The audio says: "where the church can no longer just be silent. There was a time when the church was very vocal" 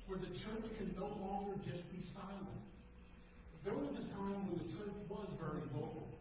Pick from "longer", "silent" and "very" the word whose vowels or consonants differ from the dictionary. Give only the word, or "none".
none